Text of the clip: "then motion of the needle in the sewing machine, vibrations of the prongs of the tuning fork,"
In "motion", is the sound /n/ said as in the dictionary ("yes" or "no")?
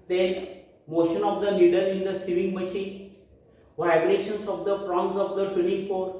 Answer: yes